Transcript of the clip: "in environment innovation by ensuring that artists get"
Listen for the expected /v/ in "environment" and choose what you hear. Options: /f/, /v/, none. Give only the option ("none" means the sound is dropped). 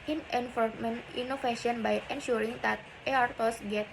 /f/